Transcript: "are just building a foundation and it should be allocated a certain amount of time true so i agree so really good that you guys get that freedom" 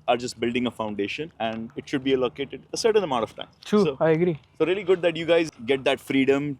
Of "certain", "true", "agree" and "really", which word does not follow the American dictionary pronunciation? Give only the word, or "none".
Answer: true